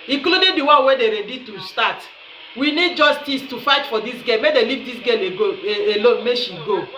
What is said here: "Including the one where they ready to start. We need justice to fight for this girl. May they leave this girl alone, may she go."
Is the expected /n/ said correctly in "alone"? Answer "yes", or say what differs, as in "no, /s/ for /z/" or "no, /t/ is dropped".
no, /l/ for /n/